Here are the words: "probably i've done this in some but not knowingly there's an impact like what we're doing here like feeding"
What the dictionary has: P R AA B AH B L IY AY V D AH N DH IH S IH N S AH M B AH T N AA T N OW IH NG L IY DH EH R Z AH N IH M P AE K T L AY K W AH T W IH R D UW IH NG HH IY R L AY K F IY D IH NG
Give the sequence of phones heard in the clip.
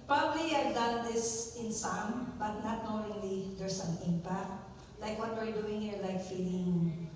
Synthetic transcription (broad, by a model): P R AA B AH B L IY AY V D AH N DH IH S IH N S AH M B AH T N AA T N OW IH L IY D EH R S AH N IH M P AE K T L AY K W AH T W IH R D UW IH NG HH IY R L AY K F IY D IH NG